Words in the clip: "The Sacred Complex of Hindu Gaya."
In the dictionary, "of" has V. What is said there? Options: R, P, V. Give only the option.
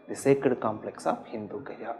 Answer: P